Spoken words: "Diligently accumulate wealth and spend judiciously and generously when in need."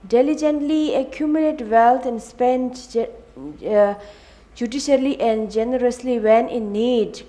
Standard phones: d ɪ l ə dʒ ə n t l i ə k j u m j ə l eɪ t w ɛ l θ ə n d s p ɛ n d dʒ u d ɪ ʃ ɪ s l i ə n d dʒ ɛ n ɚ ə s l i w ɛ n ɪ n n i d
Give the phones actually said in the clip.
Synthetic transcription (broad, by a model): d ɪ l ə dʒ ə n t l i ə k j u m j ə l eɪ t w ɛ l t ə n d s p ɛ n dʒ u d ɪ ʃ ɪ l i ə n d dʒ ɛ n ɚ ə s l i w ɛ n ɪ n n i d